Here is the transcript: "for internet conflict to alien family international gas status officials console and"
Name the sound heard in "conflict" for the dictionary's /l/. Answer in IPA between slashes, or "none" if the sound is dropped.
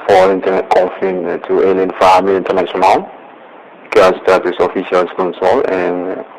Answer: none